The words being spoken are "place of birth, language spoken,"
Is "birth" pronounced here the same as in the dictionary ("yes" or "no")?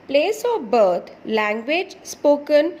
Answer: no